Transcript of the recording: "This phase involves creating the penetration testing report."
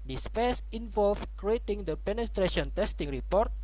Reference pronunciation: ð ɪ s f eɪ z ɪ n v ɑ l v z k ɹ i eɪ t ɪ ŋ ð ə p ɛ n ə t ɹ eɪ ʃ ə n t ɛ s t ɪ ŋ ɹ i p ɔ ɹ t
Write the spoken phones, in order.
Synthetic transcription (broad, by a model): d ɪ s p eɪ s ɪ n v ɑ l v k ɹ i eɪ t ɪ ŋ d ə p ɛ n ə t ɹ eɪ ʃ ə n t ɛ s t ɪ ŋ ɹ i p ɔ ɹ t